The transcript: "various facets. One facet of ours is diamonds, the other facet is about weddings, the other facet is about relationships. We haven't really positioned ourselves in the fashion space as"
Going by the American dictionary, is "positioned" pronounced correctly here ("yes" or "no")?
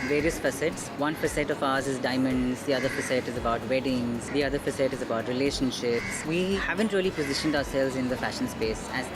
yes